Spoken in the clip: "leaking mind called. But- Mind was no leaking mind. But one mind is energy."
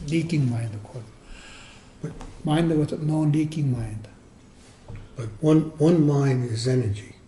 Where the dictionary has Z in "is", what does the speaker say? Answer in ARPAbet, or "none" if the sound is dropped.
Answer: Z